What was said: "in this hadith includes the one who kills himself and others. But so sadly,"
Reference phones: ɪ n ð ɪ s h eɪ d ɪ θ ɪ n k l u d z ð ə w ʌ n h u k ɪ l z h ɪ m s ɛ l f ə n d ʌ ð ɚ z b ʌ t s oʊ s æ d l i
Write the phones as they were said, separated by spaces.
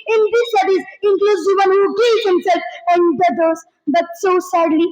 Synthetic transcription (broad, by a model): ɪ n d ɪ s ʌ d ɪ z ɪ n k l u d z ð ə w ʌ n h u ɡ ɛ z h ɪ m s ɛ l f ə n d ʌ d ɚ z b ʌ t s oʊ s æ d l i